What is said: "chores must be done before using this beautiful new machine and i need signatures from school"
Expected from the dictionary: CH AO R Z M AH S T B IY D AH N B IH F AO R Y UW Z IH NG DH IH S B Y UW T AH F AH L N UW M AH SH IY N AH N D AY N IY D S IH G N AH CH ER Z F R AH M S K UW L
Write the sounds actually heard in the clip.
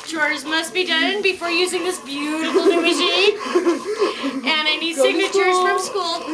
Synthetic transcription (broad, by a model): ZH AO R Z M AH S T B IY D AH N B IH F AO R Y UW Z IH NG DH IH S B Y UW T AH F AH L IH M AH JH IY AH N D AY N IY D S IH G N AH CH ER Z F R AH M S K UW L